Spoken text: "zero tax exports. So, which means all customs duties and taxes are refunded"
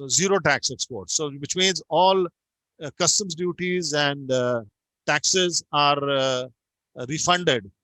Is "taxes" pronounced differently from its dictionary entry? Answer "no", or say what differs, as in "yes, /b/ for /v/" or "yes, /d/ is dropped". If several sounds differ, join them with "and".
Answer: no